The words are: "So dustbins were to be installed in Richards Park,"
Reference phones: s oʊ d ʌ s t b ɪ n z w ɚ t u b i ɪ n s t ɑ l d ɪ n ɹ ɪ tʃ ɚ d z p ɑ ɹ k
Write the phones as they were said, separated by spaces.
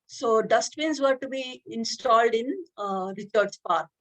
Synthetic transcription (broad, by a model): s oʊ d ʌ s t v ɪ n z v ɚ t u b i ɪ n s t ɑ l d ɪ n ɹ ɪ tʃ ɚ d s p ɑ ɹ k